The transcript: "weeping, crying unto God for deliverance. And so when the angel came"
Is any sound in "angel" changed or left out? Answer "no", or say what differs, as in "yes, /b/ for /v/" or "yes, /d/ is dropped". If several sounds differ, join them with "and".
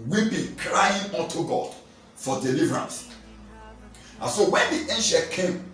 yes, /ʃ/ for /dʒ/